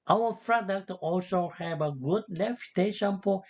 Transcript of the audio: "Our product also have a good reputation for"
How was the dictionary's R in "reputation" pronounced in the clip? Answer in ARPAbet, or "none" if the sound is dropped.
L